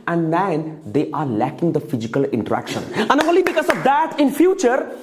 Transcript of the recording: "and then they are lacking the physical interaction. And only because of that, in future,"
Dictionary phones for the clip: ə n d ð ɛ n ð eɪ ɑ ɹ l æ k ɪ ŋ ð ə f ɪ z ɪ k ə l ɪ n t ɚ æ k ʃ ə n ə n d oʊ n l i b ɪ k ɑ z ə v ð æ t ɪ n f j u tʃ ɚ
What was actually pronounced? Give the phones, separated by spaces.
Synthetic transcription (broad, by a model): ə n d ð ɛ n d eɪ ɑ ɹ l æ k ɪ ŋ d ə f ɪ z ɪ k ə l ɪ n t ɚ æ k ʃ ə n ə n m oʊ l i b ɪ k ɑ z ə v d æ t ɪ n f j u tʃ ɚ